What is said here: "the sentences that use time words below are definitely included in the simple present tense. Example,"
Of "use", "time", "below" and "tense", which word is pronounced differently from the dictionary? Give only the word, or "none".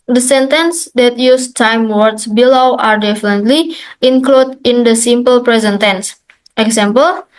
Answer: none